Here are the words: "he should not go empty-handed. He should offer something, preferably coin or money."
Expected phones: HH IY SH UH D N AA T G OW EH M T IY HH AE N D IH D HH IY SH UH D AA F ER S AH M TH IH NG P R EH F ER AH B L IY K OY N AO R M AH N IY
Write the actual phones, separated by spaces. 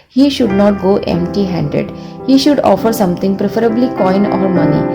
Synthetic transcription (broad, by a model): HH IY SH UH D N AA T G OW EH M T IY HH AE N D IH D HH IY SH UH D AA F ER S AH M T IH NG P R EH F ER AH B L IY K OY N AO R M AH N IY